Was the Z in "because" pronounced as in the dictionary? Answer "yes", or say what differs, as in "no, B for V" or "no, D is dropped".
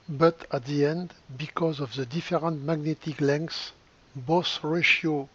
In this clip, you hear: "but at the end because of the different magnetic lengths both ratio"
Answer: yes